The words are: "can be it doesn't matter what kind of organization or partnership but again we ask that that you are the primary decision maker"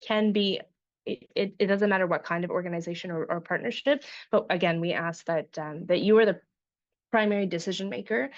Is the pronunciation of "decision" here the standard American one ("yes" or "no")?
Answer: yes